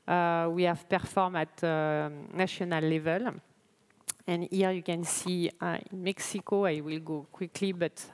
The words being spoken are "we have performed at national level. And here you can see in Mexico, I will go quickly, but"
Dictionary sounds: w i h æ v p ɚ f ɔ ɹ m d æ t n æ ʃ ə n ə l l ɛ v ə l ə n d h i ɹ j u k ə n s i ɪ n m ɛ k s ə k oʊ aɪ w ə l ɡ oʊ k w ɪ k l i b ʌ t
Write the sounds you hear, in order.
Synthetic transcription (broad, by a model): w i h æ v p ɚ f ɔ ɹ m ɑ t n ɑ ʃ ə n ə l l ɛ v ə l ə n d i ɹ j u k ə n s i ɪ n m ɛ k s ə k oʊ aɪ w ə l ɡ oʊ k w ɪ k l i b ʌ t